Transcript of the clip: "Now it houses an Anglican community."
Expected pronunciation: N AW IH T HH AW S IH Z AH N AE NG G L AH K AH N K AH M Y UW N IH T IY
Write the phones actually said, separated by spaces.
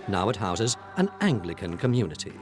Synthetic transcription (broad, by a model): N AW IH T HH AW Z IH Z AH N AE NG G L AH K AH N K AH M Y UW N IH T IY